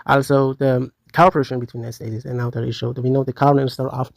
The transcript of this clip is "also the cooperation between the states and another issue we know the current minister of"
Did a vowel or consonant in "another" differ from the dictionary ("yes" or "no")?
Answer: yes